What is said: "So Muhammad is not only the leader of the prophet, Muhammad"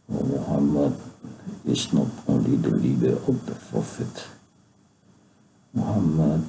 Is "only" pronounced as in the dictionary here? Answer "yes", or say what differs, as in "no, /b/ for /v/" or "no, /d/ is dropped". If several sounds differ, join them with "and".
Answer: no, /n/ is dropped